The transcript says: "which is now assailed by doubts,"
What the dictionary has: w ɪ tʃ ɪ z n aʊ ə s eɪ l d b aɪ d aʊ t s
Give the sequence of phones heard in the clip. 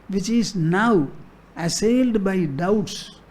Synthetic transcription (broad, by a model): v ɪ tʃ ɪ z n aʊ ə s eɪ l d b aɪ d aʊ t s